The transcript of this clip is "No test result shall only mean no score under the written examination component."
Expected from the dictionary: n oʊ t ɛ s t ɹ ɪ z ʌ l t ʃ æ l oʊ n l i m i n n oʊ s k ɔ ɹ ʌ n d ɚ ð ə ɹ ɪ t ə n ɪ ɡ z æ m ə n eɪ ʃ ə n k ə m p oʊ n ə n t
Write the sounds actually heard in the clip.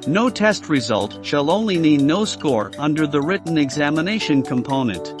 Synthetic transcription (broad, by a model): n oʊ t ɛ s t ɹ ɪ z ʌ l t ʃ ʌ l oʊ n l i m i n n oʊ s k ɔ ɹ ʌ n d ɚ ð ə ɹ ɪ t n ɪ ɡ z æ m ə n eɪ ʃ ə n k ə m p oʊ n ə n t